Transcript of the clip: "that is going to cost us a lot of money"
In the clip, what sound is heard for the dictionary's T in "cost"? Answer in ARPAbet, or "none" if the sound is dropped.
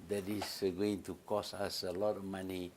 none